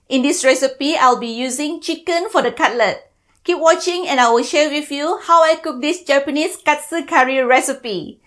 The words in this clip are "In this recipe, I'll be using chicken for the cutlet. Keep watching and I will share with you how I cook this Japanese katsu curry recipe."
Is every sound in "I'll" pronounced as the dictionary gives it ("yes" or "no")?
yes